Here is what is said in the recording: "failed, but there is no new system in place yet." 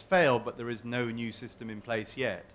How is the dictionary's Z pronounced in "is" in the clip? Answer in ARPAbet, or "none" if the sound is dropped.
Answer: Z